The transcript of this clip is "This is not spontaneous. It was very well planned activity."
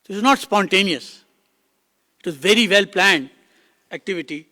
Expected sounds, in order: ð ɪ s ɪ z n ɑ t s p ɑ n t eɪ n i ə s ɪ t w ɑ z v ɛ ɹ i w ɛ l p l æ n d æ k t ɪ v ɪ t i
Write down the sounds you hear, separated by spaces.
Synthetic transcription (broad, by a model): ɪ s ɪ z n ɑ t s p ɑ n t eɪ n i ə s ɪ t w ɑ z v ɛ ɹ i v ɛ l p l æ n d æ k t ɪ v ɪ t i